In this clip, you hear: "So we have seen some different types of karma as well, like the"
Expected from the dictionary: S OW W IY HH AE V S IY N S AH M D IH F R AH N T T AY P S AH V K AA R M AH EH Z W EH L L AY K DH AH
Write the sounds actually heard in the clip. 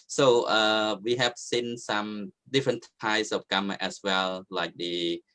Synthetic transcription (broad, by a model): S OW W IY HH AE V S IY N S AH M D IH F R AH N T T AY S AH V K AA M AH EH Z W EH L L AY K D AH